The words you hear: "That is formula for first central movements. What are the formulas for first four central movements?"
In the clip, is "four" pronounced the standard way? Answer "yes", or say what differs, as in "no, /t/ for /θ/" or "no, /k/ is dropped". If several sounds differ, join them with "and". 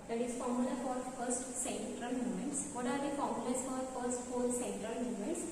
no, /l/ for /ɹ/